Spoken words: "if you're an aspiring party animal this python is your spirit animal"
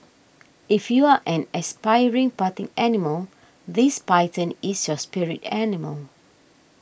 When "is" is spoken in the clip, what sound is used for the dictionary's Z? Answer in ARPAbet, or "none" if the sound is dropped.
S